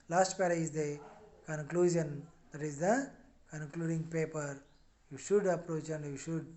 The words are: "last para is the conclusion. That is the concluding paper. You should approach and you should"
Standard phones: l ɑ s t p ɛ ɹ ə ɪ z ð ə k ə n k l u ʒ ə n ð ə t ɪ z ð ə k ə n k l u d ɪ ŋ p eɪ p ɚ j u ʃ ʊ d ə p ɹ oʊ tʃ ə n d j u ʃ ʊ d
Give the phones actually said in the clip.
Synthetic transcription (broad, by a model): l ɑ s t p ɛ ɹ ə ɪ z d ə k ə n k l u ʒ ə n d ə t ɪ z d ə k ə n k l u d ɪ ŋ p eɪ p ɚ j u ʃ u d ə p ɹ oʊ tʃ ə n d j u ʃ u d